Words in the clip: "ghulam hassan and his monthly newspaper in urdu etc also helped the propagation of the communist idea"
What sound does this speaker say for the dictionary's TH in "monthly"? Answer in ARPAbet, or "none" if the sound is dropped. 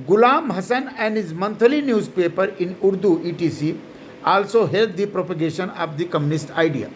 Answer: T